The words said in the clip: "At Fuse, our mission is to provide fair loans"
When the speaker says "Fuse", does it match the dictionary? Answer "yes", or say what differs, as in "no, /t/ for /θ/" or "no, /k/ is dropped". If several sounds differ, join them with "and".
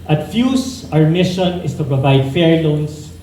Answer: no, /s/ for /z/